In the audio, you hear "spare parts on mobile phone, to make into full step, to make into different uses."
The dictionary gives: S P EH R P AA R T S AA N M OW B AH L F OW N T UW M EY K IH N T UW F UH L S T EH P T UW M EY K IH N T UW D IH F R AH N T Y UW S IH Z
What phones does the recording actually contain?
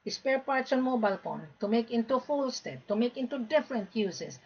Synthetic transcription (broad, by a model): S P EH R P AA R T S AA N M OW B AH L P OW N T UW M EY K IH N T UW F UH L S T EH P T UW M EY K IH N T UW D IH F R AH N T Y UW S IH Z